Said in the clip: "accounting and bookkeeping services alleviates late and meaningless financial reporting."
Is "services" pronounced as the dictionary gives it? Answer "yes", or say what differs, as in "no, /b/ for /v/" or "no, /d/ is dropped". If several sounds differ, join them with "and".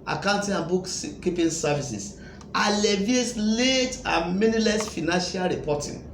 no, /s/ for /z/